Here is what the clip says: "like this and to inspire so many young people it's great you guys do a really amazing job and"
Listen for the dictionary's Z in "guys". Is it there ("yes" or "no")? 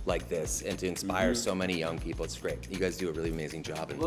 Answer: yes